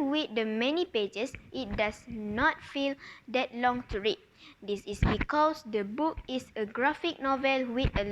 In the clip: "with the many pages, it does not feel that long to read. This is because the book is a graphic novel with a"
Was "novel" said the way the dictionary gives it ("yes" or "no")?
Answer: yes